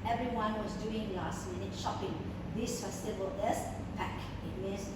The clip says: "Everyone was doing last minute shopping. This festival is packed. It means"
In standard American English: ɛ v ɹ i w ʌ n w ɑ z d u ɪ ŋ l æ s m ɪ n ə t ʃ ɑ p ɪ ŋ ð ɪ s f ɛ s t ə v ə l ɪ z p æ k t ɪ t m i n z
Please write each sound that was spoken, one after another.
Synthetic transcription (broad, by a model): ɛ v ɹ i w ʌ n w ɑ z d u ɪ ŋ l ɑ s m ɪ n ə t ʃ ɑ p ɪ ŋ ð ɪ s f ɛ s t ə w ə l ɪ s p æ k ɪ t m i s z